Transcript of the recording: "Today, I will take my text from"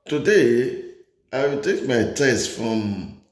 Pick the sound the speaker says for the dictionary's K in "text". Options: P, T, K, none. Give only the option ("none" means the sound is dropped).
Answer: none